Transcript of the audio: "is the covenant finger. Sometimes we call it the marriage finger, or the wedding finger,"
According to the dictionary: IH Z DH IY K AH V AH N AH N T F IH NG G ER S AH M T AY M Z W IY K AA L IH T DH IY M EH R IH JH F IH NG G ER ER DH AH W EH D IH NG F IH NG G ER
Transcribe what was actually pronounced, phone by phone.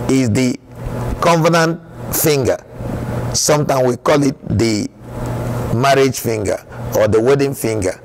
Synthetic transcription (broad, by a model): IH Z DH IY K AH V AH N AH N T F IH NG G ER S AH M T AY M W IY K AA L IH T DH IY M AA R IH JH F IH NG G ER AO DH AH W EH D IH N F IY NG G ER